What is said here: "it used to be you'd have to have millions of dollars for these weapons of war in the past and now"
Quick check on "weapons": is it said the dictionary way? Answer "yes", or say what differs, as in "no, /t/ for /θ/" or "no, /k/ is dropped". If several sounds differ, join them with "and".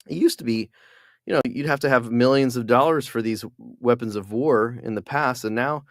yes